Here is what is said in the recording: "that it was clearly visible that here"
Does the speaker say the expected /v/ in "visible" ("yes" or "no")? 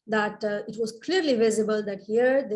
yes